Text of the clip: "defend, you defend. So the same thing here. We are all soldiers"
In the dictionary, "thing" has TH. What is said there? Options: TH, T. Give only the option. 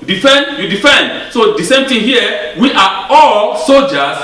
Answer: T